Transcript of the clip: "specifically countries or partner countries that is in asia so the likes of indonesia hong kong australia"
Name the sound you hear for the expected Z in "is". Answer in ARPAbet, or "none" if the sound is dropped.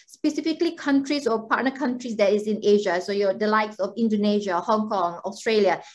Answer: S